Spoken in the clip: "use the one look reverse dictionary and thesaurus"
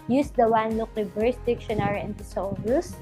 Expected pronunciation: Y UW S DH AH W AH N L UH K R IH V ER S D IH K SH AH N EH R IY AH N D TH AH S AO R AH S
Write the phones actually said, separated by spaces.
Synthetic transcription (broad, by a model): Y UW S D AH W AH N L UH K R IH B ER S D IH K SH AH N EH R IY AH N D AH S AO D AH S